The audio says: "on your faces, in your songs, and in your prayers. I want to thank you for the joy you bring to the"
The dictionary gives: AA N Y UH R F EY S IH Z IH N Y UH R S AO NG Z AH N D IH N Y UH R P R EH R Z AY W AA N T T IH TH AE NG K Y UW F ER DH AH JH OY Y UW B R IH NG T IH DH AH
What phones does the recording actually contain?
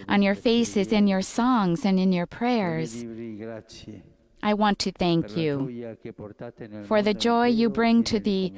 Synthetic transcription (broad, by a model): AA N Y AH R F EY S IH Z IH N Y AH R S AO NG Z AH N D IH N Y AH R P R EH R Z AY W AA N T T IH TH AE NG K Y UW F ER DH AH JH OY Y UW B R IH NG T IH DH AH